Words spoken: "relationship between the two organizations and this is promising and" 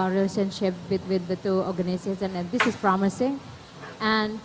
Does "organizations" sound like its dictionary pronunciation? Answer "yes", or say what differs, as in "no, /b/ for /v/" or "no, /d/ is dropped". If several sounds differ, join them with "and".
no, /ʃ/ is dropped